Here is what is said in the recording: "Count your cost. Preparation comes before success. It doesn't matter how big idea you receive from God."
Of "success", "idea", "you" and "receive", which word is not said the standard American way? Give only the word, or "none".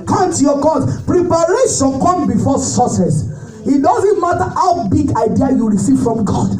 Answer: success